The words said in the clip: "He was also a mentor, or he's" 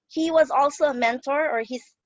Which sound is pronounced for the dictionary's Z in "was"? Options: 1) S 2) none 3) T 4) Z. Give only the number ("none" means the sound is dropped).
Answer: 4